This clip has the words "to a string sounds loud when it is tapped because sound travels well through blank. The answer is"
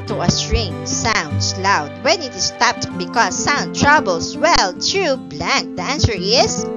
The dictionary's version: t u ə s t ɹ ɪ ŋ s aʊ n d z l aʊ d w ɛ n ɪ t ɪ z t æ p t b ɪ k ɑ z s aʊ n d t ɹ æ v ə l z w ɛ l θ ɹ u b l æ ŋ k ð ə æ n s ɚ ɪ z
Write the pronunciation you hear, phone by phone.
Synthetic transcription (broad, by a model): t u ə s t ɹ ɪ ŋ s aʊ n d s l aʊ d w ɛ n ɪ t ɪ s t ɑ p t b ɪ k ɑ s aʊ n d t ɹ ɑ b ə l s w ɛ l t ɹ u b l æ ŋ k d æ n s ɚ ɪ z